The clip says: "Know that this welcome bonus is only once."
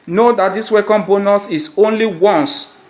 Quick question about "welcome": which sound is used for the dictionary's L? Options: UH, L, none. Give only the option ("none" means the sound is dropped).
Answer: none